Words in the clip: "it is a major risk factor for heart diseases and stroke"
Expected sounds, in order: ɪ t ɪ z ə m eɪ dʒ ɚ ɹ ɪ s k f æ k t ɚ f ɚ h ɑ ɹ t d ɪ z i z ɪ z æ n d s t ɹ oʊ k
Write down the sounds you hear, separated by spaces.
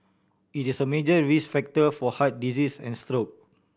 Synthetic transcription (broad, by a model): ɪ t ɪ s ə m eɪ dʒ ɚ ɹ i s f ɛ k t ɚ f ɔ h ɑ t d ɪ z i s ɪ n s t ɹ oʊ k